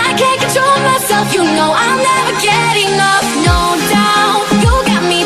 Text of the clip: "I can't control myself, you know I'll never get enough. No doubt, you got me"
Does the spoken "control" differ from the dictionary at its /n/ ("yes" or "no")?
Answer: yes